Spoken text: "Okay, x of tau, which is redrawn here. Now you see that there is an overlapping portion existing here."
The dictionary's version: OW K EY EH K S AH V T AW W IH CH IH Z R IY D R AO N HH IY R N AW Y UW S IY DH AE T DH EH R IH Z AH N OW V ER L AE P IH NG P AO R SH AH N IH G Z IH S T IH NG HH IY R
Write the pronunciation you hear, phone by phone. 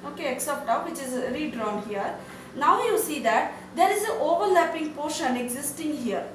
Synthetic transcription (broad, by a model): OW K EY EH K S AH P T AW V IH CH IH Z R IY D R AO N HH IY R N AW Y UW S IY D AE T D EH R IH Z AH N OW V ER L AE P IH NG P AO R SH AH N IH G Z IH S T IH NG HH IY R